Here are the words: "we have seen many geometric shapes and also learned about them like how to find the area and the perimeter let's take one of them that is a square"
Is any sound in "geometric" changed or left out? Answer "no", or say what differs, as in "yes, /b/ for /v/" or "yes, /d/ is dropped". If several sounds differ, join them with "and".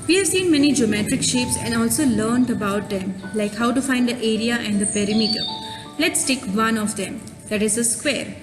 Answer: no